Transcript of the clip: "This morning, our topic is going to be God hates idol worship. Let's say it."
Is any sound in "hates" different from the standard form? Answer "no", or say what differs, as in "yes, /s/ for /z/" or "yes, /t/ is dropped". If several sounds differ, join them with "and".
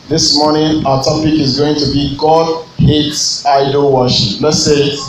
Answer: no